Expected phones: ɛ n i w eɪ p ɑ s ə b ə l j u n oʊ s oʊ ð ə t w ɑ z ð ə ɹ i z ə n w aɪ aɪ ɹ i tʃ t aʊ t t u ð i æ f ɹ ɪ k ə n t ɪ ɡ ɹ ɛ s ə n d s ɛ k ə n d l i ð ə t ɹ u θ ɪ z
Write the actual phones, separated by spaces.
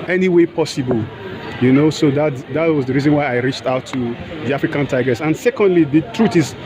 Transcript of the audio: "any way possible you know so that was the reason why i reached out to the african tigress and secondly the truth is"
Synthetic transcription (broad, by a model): ɛ n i w eɪ p ɑ s ə b ə l j u n oʊ s oʊ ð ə t w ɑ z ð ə ɹ i z ə n w aɪ aɪ ɹ i tʃ t aʊ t t u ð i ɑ f ɹ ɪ k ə n t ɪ ɡ ɹ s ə n s ɛ k ə n d l i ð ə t ɹ u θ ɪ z